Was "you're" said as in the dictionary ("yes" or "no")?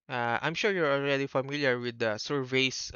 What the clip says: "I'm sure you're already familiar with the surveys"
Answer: yes